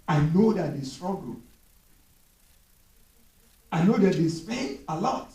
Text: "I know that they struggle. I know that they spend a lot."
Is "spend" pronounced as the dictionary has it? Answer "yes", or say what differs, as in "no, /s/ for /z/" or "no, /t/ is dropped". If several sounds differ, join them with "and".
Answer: no, /d/ is dropped